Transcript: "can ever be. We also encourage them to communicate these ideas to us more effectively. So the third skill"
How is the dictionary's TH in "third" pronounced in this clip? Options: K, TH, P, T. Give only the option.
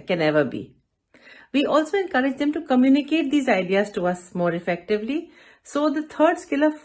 T